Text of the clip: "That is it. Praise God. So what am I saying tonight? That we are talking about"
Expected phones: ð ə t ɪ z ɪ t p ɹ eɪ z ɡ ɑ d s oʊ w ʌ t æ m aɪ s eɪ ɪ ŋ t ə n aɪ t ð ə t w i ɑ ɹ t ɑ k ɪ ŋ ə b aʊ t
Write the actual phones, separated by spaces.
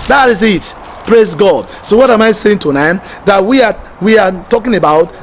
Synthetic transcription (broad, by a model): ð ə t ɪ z ɪ t p ɹ eɪ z ɡ ɑ d s oʊ w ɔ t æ m aɪ s eɪ ɪ ŋ t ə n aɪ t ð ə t w i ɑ w t ɑ k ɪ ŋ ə b aʊ t